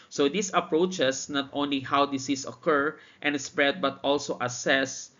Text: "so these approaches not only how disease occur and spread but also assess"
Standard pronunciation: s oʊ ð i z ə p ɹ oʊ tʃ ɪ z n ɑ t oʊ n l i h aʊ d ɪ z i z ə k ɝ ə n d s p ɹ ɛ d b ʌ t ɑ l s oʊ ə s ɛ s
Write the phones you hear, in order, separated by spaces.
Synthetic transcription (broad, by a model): s oʊ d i s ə p ɹ oʊ tʃ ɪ s n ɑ t oʊ n l i h aʊ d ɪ s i s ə k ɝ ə n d s p ɹ ɛ d b ʌ t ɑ l s oʊ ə s ɛ s